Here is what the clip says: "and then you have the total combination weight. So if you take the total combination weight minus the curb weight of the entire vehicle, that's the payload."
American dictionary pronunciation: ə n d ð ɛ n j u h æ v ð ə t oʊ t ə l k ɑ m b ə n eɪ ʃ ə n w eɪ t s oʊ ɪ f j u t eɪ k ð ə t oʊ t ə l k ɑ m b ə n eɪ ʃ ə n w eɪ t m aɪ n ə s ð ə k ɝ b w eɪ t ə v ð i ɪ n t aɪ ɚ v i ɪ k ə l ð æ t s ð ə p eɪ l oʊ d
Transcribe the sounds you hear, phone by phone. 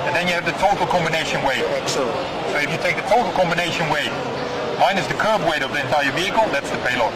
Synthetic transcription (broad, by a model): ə n ð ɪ n j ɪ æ v ð ə t oʊ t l k ɑ m b ə n eɪ ʃ ə n w eɪ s s oʊ ɪ f j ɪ t eɪ k ð ə t oʊ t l k ɑ m b ə n eɪ ʃ ə n w eɪ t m aɪ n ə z ð ə k ɝ b w eɪ t ə v ð i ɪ n t aɪ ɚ v i ɪ k ə l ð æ t s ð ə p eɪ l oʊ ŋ